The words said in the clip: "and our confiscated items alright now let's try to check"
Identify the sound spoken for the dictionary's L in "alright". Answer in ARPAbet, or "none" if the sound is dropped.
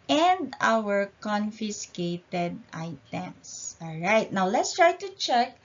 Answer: L